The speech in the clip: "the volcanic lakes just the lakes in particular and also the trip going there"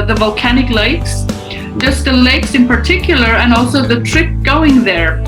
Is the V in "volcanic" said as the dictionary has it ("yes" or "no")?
yes